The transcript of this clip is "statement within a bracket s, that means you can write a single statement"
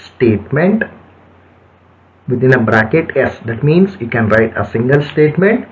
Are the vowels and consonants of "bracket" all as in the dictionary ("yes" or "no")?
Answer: yes